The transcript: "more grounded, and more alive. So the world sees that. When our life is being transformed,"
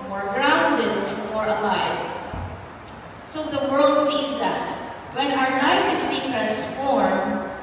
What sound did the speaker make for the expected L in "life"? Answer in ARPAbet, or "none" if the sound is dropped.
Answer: N